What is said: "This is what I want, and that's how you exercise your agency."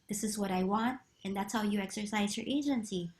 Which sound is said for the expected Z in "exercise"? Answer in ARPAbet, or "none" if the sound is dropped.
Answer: Z